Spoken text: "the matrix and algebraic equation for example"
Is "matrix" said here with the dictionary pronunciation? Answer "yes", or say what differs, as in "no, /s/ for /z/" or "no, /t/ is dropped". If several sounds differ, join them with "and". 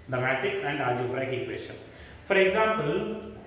no, /ɹ/ is dropped